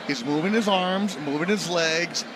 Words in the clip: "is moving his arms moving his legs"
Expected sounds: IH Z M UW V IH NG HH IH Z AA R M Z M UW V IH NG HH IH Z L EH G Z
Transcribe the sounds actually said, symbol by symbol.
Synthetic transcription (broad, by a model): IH Z M UW V IH NG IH Z AA R M Z M UW V IH NG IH Z L EH G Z